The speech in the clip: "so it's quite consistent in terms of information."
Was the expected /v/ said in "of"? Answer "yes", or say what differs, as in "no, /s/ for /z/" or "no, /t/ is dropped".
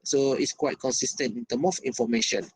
no, /f/ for /v/